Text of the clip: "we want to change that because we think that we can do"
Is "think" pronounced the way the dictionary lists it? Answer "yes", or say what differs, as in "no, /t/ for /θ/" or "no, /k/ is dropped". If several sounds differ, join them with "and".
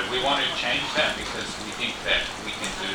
yes